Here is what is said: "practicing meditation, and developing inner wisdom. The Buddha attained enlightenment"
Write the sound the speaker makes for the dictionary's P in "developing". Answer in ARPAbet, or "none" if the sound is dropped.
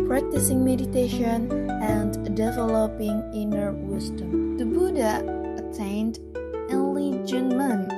P